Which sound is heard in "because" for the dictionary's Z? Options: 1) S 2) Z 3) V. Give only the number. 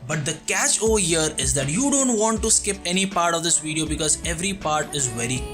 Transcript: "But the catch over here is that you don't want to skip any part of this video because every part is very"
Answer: 2